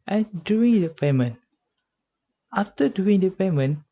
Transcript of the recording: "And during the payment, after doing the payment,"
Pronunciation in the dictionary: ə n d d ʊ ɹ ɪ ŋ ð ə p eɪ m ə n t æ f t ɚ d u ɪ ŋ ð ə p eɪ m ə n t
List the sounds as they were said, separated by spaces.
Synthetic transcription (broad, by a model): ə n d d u ɪ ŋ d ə p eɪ m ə n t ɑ f t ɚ d u ɪ ŋ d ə p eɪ m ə n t